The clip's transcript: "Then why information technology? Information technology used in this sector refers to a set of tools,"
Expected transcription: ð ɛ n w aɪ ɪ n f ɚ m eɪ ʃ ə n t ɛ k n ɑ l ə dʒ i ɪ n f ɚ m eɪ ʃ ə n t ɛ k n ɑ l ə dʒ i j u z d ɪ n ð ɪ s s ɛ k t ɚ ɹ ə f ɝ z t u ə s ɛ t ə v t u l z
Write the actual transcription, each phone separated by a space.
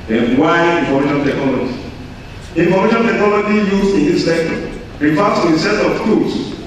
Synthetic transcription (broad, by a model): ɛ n w aɪ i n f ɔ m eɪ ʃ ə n t ɛ k n ɑ l ə dʒ i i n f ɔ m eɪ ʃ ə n t ɛ k n ɑ l ə dʒ i j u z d ɪ n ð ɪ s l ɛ t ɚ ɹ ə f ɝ t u ə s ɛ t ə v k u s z